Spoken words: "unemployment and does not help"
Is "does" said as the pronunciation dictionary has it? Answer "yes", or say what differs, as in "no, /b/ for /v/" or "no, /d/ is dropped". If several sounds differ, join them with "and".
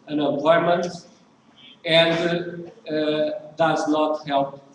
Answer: yes